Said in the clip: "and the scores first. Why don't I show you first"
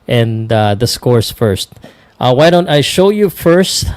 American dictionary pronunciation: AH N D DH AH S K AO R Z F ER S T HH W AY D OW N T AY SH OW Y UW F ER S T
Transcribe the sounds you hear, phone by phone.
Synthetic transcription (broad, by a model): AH N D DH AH S K AO R S F ER S T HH W AY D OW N T AY SH OW Y UW F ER S T